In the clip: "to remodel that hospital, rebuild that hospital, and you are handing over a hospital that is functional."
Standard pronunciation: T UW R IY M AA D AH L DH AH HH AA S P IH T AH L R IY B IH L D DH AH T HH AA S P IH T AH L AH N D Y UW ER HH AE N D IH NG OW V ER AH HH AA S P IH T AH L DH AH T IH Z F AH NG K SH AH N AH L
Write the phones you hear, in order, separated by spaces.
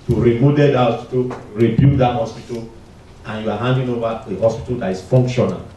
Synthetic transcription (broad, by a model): T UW R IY M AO D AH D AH HH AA S P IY T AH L R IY B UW D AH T HH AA S P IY T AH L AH N Y UW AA HH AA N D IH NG OW V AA AH HH AA S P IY T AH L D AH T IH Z F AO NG K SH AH N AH L